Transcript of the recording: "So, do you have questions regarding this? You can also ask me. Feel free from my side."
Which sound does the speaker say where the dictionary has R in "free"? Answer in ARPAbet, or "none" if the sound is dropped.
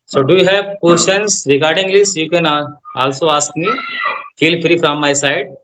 R